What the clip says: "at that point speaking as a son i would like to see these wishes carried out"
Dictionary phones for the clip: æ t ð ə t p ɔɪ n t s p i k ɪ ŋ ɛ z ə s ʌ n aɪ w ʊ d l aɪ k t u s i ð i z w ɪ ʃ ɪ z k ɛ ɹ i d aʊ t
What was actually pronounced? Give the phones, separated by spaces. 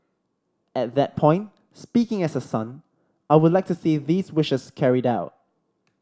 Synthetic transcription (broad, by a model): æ t ð ə t p ɔɪ n t s p i k ɪ ŋ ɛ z ə s ʌ n aɪ w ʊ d l aɪ k t u s i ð i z w ɪ ʃ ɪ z k ɛ ɹ i d aʊ t